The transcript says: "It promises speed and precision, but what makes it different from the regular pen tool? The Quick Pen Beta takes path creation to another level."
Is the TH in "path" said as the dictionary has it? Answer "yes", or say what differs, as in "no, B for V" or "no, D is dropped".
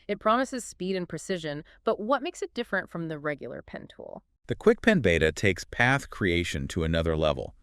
yes